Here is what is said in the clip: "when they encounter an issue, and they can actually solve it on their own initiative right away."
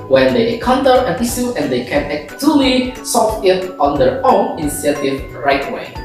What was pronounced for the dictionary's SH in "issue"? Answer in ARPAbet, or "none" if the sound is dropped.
S